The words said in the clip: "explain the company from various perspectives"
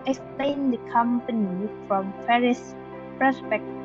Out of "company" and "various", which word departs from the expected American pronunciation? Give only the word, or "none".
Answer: various